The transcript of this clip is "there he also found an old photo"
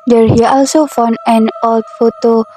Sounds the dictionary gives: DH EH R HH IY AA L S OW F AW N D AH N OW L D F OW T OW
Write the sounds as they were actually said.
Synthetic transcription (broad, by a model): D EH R HH IY AA L S OW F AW N AH N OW L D F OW T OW